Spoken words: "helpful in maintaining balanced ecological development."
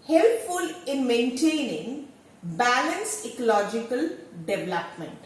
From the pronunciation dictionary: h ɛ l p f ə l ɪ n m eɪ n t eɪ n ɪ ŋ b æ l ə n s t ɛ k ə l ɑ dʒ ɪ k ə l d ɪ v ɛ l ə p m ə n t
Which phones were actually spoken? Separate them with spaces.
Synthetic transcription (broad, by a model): h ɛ l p f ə l ɪ n m eɪ n t eɪ n ɪ ŋ b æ l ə n s ɛ k ə l ɑ dʒ ɪ k ə l d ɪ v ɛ l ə p m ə n t